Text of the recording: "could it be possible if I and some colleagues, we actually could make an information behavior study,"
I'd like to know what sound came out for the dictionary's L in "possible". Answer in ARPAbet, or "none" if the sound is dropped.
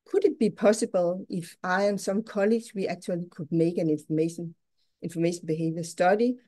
L